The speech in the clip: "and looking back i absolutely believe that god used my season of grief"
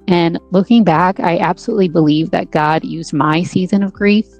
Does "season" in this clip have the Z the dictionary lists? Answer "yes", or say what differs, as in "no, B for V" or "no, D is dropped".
yes